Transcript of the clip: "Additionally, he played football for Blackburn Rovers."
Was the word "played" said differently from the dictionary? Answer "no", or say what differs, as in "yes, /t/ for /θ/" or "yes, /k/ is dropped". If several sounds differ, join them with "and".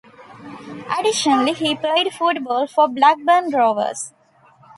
yes, /l/ is dropped